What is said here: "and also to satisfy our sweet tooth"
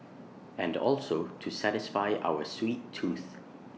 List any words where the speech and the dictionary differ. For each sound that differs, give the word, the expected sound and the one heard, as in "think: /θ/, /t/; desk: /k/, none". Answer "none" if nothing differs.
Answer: none